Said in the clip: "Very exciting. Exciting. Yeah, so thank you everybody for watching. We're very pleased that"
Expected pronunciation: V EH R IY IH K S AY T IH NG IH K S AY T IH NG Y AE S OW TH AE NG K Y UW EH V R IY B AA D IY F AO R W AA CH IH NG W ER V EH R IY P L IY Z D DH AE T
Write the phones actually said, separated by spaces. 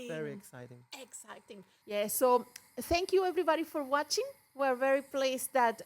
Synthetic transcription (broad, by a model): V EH R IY IH K S AY T IH NG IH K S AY T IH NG Y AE S OW TH AE NG K Y UW EH V R IY B AA D IY F AO R W AA CH IH NG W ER V EH R IY P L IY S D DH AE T